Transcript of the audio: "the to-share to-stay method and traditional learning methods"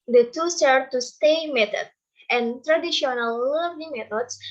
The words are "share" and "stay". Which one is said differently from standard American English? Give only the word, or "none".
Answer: share